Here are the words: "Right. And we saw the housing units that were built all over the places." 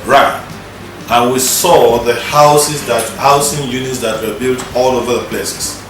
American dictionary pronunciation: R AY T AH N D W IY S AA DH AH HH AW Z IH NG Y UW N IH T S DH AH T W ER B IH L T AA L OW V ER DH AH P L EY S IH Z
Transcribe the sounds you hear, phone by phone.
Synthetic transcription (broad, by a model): R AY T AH N W IY S AA DH AH HH AW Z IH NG Y UW N IH T S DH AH T W ER B IH L T AA L OW V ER DH AH P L EY S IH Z